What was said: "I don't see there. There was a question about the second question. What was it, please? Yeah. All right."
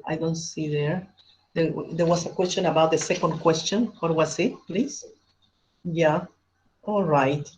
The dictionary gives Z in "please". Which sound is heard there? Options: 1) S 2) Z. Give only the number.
1